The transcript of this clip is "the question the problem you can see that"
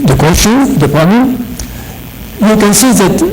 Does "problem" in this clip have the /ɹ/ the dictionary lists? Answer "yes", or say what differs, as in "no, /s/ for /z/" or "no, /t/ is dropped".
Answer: no, /ɹ/ is dropped